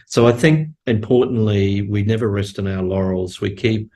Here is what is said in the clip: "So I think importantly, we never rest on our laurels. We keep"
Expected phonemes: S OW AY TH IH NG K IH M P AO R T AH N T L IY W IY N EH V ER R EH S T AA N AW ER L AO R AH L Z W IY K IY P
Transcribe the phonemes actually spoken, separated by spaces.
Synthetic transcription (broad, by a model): S OW AY TH IH NG K IH M P AO R T N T L IY W IY N EH V ER R EH S T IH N AW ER L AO R L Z W IY K IY P